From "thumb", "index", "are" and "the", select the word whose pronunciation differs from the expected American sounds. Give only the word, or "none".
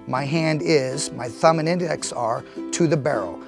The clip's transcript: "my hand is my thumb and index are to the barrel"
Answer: none